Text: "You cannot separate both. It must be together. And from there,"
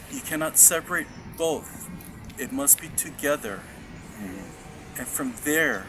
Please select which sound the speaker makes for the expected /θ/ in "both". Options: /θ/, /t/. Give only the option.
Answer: /θ/